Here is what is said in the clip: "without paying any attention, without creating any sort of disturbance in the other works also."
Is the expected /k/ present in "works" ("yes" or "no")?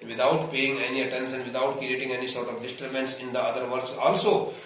no